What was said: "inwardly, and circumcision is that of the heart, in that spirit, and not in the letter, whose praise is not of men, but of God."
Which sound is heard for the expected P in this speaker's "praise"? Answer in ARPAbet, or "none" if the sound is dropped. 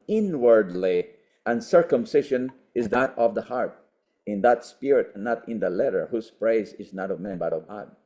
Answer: P